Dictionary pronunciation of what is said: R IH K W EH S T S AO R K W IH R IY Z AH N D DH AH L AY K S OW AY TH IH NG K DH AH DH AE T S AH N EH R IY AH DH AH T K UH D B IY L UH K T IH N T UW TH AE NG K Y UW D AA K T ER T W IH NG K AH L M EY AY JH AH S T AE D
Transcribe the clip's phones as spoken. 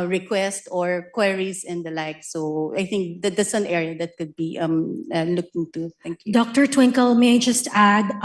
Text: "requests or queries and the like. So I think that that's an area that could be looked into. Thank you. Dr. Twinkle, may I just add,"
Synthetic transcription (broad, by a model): R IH K W EH S T AO R K W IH R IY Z AH N D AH L AY K S OW AY TH IH NG K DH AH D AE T S AH N EH R IY AH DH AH T K UH D B IY L UH K T IH N T UW T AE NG K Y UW D AA K T ER T W IH NG K AH L M EY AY JH AH S T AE D